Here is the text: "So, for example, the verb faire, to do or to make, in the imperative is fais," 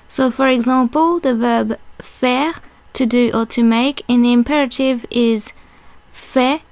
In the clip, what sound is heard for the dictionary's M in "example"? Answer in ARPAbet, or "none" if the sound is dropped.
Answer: none